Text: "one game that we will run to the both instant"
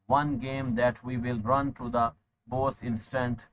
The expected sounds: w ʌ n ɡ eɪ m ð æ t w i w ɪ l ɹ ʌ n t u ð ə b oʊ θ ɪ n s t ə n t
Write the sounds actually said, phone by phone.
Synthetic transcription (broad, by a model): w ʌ n ɡ eɪ m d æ t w i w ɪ l ɹ ʌ n t u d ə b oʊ s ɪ n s t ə n t